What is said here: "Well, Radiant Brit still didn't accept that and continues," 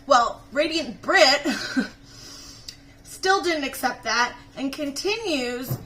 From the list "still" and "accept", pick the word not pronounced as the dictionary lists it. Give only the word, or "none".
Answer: none